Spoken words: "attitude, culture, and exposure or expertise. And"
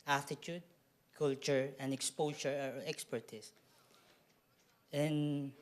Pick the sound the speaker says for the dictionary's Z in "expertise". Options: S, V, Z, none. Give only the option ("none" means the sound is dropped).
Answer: S